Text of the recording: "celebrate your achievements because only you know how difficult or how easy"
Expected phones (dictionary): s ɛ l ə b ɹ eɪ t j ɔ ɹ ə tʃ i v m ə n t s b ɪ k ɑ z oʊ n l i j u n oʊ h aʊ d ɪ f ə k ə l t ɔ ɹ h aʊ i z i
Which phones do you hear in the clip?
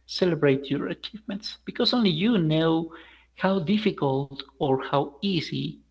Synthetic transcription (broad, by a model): s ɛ l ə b ɹ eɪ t j ɔ ɹ ə tʃ i v m ə n t s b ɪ k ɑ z oʊ n l i j u n oʊ h aʊ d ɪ f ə k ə l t ɔ ɹ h aʊ i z i